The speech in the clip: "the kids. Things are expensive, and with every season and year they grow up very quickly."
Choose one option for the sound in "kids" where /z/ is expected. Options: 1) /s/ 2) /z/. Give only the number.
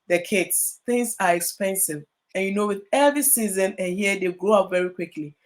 1